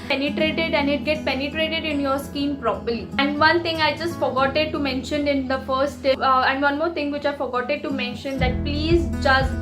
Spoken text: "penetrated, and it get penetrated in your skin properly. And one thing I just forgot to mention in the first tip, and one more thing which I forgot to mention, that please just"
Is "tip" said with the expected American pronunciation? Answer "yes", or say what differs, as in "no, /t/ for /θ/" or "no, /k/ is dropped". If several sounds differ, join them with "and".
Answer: no, /p/ is dropped